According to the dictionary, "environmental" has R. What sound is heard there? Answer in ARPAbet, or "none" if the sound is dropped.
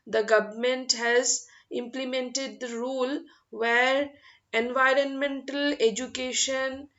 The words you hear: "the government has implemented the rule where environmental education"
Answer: R